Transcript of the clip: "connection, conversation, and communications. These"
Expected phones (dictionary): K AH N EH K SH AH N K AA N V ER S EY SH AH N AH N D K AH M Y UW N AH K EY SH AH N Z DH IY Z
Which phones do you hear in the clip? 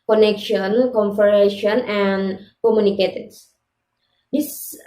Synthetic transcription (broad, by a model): K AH N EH K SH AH N K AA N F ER EY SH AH N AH N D K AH M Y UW N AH K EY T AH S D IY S